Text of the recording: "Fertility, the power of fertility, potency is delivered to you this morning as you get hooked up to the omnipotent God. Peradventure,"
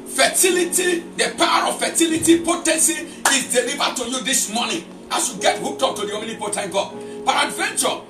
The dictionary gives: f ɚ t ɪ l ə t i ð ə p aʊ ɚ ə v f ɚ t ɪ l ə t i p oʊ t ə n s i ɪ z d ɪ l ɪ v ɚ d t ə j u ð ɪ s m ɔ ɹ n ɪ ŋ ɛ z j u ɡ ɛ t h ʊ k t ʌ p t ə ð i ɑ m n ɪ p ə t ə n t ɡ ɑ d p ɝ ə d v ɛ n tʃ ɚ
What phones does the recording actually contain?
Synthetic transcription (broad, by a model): f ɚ t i l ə t i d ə p aʊ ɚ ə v f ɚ t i l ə t i p oʊ t ə n s i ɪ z d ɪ l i v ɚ d t ə j u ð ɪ s m ɔ n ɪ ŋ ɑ s j u ɡ ɛ t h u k t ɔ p t ə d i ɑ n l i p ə t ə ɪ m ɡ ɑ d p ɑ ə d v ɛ n tʃ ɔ